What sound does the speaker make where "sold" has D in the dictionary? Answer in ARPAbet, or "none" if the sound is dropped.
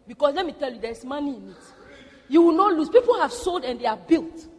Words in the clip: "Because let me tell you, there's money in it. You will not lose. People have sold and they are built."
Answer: D